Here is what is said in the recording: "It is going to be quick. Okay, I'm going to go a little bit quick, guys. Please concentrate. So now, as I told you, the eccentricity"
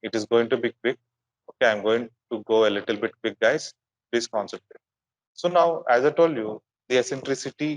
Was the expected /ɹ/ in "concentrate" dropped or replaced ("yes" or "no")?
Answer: yes